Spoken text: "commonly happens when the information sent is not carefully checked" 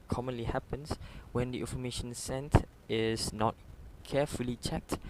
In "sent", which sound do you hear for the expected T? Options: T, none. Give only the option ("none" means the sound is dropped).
T